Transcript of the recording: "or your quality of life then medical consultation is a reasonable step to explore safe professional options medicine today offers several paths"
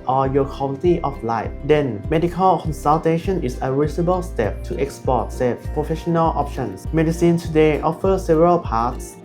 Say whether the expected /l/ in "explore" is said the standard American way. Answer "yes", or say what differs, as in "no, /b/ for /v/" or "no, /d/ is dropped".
no, /l/ is dropped